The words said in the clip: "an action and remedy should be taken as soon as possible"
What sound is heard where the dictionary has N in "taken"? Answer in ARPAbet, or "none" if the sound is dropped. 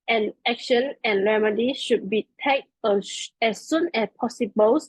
none